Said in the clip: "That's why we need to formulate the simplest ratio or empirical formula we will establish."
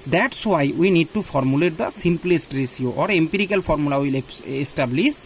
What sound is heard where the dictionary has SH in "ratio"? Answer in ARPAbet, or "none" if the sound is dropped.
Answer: S